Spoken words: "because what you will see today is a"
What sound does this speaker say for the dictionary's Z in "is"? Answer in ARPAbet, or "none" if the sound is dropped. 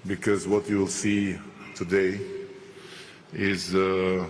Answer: Z